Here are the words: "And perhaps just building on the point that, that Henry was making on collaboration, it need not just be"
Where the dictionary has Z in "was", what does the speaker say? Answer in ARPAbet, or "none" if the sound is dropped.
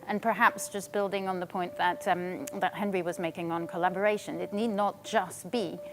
Z